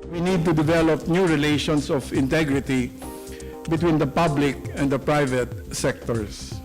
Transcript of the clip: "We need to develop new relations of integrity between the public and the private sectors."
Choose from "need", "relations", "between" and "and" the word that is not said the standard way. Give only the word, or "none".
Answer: relations